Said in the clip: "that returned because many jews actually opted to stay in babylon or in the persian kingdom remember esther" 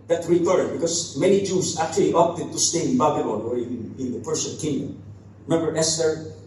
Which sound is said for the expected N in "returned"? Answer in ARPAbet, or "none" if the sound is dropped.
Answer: none